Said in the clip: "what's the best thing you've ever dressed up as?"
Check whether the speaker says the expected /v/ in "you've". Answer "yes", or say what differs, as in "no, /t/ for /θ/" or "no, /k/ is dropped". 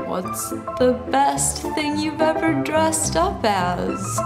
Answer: yes